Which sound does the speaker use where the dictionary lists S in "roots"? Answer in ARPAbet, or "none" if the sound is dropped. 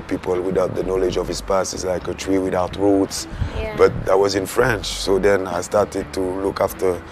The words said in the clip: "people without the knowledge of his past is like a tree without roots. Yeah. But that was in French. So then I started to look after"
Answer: S